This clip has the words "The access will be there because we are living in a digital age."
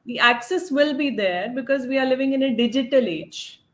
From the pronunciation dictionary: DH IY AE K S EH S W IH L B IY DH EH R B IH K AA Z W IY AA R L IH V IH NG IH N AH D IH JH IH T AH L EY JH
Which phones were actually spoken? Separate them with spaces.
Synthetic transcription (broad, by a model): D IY AE K S EH S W IH L B IY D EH R B IH K AA Z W IY AA R L IH V IH NG IH N AH D IH JH IH T AH L EY JH